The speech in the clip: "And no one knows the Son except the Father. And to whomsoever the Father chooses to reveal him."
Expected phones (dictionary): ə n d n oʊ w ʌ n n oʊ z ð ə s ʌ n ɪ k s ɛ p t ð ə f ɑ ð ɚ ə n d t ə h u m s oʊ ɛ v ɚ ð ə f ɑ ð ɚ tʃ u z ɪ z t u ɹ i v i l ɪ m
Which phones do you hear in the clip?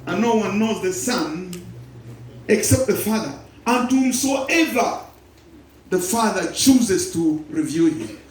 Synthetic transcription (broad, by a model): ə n n oʊ w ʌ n n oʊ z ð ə s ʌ n ɪ k s ɛ p t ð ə f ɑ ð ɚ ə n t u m s oʊ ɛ v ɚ ð ə f ɑ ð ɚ tʃ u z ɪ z t u ɹ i v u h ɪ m